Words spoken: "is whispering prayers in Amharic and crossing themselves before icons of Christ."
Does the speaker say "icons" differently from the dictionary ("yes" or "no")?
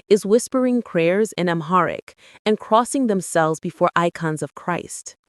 no